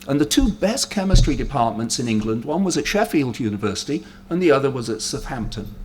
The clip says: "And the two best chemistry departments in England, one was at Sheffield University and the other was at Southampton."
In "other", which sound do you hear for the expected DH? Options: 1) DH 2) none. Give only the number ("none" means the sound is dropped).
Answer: 1